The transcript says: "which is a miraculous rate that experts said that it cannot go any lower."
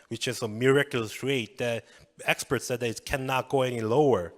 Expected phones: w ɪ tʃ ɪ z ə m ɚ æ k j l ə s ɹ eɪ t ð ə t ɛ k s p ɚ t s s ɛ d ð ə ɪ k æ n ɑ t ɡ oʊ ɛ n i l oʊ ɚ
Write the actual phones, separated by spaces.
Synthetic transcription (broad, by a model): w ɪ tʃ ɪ s ə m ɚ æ k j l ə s ɹ eɪ t ð ə t ɛ k s p ɚ t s s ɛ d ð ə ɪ k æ n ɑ t ɡ oʊ ɛ n i l oʊ ɚ